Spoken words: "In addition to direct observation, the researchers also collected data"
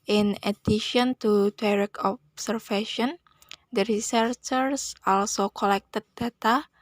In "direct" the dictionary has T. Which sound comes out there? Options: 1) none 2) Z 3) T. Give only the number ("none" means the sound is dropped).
1